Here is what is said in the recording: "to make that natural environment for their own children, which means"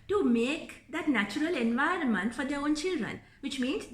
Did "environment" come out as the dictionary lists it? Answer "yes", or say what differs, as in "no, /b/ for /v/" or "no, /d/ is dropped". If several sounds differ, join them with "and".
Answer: yes